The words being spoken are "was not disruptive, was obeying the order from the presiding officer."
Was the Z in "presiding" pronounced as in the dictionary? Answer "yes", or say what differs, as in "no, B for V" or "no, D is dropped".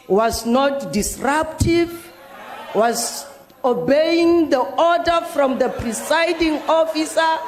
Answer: no, S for Z